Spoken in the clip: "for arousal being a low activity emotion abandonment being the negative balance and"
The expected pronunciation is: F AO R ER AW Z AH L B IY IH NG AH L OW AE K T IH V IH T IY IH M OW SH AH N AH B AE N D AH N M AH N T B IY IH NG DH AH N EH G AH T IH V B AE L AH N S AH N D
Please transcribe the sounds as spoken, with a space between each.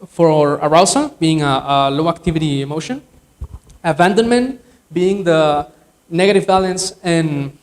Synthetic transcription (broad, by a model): F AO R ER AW S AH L B IY IH NG AH L OW AE K T IH V IH T IY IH M OW SH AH N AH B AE N D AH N M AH N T B IY IH NG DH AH N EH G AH T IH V B AE L AH N S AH N